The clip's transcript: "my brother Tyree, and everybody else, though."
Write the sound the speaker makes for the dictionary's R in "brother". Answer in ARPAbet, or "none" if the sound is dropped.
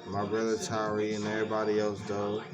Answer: R